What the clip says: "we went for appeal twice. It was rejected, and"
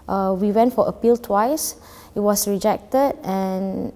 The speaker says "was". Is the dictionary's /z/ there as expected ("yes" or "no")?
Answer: no